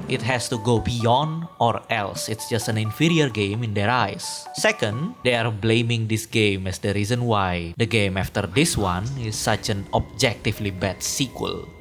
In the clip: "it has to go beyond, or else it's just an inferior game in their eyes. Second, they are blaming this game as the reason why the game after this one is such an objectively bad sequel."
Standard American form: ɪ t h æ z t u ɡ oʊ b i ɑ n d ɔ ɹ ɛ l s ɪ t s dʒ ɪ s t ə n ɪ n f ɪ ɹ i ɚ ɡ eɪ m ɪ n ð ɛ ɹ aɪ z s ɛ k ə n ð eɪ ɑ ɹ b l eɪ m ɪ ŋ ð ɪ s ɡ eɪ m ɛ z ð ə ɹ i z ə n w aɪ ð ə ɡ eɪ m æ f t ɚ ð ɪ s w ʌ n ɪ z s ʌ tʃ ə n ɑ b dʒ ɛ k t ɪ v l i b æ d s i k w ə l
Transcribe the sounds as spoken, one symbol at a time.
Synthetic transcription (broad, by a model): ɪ t h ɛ s t u ɡ oʊ b i ɑ n d ɔ ɹ ɛ l s ɪ t s dʒ ɪ s t ə n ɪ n f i ɹ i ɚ ɡ eɪ m ɪ n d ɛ ɹ aɪ s ɛ k ə n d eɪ ɑ ɹ b l eɪ m ɪ ŋ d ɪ s ɡ eɪ m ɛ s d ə ɹ i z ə n w aɪ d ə ɡ eɪ m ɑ f t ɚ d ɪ s w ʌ n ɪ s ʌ tʃ ə n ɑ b dʒ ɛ k t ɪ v l i b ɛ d s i k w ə l